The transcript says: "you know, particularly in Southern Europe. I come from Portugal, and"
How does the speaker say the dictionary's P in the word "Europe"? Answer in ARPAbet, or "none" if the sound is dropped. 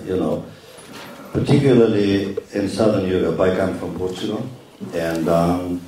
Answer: B